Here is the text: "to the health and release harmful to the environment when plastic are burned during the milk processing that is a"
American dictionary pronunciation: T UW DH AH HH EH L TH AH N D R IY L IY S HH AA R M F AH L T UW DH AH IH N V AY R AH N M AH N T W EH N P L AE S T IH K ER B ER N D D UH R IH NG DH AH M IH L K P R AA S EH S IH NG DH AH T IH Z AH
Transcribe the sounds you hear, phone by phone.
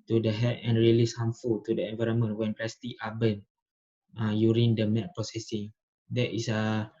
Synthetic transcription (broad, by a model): T UW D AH HH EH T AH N R IY L IY S HH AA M F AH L T UW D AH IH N V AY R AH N M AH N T W EH N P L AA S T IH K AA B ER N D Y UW R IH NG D AH M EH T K P R AA S EH S IH NG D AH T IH S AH